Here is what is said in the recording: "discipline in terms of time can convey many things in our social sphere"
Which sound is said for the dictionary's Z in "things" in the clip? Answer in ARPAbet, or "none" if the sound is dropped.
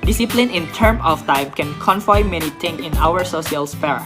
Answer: none